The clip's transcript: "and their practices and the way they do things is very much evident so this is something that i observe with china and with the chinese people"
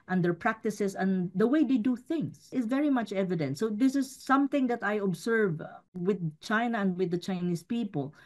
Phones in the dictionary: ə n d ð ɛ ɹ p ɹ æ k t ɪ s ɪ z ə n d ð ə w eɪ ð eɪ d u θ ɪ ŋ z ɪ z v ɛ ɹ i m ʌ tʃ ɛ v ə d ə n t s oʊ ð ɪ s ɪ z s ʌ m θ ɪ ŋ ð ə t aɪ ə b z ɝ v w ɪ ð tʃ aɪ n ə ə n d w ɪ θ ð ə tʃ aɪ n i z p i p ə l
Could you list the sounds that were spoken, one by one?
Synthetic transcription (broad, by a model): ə n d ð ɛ ɹ p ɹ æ k t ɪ s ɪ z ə n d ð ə w eɪ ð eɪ d u θ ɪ ŋ s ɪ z v ɛ ɹ i m ʌ tʃ ɛ v ə d ə n t s oʊ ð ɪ s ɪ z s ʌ m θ ɪ ŋ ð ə t aɪ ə b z ɝ v w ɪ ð tʃ aɪ n ə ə n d w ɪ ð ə tʃ aɪ n i s p i p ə l